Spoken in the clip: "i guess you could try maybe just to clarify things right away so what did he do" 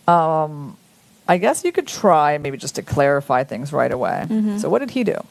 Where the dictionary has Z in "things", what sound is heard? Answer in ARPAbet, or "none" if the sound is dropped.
Z